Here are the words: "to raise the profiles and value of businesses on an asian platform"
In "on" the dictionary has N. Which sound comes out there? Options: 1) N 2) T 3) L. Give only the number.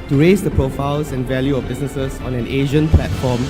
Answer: 1